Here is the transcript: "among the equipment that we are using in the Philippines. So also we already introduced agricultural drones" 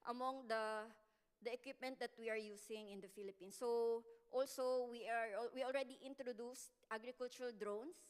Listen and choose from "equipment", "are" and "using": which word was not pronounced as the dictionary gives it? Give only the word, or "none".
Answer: using